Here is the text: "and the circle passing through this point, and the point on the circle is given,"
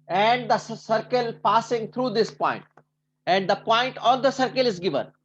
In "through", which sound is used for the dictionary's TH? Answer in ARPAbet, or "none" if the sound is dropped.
T